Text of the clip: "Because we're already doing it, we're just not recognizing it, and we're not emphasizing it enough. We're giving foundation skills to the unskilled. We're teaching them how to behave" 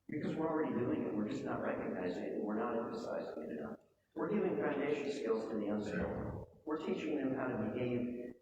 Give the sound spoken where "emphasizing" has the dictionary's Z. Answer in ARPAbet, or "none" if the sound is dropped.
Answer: Z